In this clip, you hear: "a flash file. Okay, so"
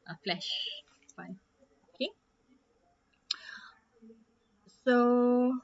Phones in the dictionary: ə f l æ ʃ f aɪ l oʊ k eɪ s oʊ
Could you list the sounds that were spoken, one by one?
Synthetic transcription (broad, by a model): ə f l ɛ ʃ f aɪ n oʊ k eɪ s oʊ